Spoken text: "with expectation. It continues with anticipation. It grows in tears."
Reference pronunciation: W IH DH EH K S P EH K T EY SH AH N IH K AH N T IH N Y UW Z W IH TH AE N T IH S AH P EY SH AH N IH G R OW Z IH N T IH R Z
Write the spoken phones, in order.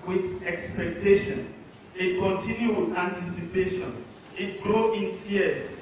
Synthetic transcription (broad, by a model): W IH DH EH K S P EH K T EY SH AH N IH K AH N T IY N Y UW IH AE N T IH S AH P EY SH AH N IH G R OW IH N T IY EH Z